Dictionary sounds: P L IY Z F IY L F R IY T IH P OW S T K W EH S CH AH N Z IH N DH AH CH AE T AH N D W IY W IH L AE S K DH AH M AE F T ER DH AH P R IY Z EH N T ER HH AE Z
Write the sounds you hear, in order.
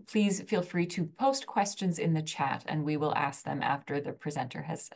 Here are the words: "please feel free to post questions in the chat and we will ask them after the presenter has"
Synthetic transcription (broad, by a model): P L IY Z F IY L F R IY T IH P OW S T K W EH S CH AH N Z IH N DH AH CH AE T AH N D W IY W IH L AE S K DH AH M AE F T ER DH AH P R IY Z EH N T ER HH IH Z